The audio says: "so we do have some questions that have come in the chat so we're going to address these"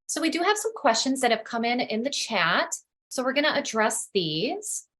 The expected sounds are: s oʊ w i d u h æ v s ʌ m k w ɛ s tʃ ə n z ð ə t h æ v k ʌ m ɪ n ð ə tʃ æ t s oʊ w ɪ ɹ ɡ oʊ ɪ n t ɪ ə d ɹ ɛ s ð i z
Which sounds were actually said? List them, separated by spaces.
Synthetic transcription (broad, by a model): s oʊ w i d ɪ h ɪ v s ʌ m k w ɛ s tʃ ə n z ð ə t h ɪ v k ʌ m ɪ n ð ə tʃ æ t s oʊ w ɪ ɹ ɡ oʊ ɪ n t ɪ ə d ɹ ɛ s ð i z